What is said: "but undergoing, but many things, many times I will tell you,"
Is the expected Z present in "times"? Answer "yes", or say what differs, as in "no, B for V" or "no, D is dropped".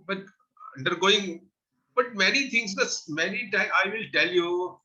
no, Z is dropped